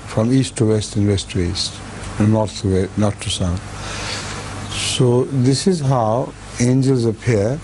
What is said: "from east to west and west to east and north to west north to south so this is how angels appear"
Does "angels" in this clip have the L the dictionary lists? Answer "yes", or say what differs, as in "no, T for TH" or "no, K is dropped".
yes